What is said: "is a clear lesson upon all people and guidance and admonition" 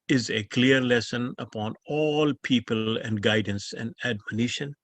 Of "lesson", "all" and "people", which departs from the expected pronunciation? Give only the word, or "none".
none